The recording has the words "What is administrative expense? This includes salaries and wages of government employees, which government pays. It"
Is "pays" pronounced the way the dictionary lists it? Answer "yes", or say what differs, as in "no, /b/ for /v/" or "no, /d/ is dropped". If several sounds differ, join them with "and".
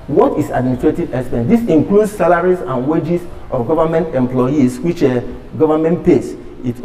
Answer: no, /s/ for /z/